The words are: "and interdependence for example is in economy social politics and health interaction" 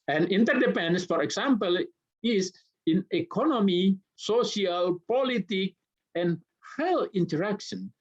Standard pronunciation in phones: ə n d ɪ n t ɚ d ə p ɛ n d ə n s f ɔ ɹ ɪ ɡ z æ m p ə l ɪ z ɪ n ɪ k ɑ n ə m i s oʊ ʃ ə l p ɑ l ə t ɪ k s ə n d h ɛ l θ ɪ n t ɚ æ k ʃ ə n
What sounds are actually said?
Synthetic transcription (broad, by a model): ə n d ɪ n t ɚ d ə p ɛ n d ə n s f ɔ ɹ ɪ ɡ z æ m p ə l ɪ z ɪ n ɪ k ɑ n ə m i s oʊ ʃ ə l p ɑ l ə t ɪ k ə n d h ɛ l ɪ n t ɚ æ k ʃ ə n